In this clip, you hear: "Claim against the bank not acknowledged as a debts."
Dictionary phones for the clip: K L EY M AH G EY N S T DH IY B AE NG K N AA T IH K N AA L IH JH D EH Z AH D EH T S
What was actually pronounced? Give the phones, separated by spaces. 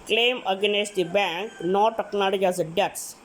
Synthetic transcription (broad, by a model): K L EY M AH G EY N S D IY B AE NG K N AA T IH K N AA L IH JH EH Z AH D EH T S